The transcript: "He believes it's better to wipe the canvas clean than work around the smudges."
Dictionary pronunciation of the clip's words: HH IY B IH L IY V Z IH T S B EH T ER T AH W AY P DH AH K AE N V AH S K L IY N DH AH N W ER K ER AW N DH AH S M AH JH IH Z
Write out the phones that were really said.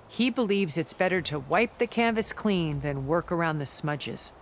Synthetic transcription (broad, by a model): HH IY B IH L IY V Z IH T S B EH T ER T AH W AY P DH AH K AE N V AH S K L IY N DH AH N W ER K ER AW N DH AH S M AH JH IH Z